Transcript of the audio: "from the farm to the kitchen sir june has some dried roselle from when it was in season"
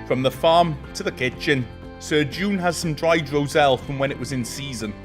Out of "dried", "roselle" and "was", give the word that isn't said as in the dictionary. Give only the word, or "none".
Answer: none